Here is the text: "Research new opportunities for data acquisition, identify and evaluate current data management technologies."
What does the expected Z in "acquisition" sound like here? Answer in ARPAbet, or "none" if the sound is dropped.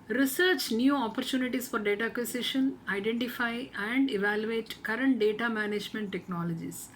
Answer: S